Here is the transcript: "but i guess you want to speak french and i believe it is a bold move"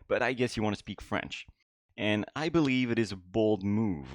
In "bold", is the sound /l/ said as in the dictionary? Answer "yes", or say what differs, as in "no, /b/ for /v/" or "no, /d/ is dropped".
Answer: yes